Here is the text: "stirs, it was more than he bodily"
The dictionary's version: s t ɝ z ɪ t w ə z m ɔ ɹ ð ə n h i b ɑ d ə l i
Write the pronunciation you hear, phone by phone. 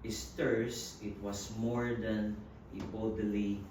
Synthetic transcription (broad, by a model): s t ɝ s ɪ t w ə s m ɔ ɹ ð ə n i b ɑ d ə l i